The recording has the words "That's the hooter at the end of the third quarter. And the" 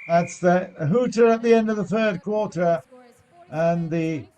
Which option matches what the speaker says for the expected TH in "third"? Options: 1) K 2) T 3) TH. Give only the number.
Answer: 3